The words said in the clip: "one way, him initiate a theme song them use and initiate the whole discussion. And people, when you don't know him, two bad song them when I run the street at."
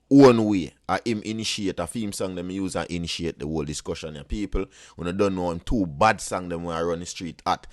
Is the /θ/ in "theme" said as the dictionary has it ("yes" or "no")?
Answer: no